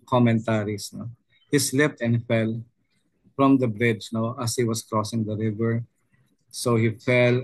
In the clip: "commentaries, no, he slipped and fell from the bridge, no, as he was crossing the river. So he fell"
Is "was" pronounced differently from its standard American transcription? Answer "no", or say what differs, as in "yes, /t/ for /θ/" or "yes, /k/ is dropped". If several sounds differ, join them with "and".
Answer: yes, /s/ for /z/